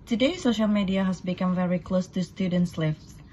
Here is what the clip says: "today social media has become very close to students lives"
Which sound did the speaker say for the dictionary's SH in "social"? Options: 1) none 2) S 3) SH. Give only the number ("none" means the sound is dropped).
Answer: 3